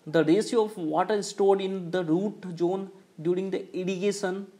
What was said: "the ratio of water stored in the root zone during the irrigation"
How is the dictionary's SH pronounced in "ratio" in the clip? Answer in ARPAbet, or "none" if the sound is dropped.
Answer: S